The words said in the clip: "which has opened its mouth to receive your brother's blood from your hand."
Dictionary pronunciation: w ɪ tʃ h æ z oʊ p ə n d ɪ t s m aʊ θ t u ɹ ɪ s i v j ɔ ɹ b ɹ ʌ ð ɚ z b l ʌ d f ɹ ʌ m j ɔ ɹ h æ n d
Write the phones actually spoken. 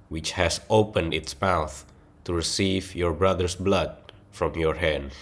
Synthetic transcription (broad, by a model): w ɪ tʃ h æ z oʊ p ə n d ɪ t s m aʊ θ t u ɹ ɪ s i v j ɔ ɹ b ɹ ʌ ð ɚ s b l ʌ d f ɹ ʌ m j ɔ ɹ h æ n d